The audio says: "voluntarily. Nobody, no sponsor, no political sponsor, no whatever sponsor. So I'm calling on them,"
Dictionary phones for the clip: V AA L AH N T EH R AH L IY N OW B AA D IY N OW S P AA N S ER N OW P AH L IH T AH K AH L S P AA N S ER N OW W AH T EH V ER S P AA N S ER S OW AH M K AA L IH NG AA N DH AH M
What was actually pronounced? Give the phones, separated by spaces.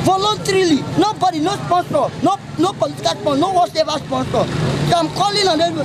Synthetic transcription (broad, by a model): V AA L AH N T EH R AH L IY N OW B AA D IY N OW S P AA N S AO N OW P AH L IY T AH K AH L S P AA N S N OW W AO S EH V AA S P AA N S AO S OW AH M K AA L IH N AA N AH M